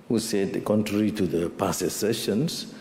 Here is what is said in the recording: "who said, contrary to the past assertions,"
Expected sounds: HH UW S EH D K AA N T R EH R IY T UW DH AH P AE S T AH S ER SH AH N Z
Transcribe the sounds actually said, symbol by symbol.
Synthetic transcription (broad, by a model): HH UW S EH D K AA N T R EH R IY T UW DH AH P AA S AH S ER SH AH N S